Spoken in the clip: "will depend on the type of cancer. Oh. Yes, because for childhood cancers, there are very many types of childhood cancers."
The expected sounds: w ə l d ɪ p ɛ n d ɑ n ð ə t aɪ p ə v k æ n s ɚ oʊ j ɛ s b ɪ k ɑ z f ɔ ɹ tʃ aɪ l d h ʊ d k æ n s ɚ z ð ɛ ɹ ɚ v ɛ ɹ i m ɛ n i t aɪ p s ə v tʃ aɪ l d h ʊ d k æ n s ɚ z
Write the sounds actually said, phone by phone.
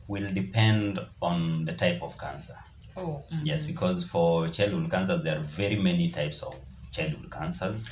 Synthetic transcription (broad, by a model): w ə l d ɪ p ɛ n d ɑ n ð ə t aɪ p ə v k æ n s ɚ oʊ j ɛ s b ɪ k ɑ z f ɔ ɹ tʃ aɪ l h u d k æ n s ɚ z ð ɛ ɹ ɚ v ɛ ɹ i m ɛ n i t aɪ p s ə v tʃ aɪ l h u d k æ n s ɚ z